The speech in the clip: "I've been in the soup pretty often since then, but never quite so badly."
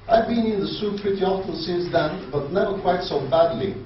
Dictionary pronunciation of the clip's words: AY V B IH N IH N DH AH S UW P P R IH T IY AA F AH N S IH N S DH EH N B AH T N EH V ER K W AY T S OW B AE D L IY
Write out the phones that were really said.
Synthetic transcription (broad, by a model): AY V B IH N IH N DH AH S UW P P R IH T IY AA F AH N S IH N S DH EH N B AH T N EH V ER K W AY T S OW B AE D L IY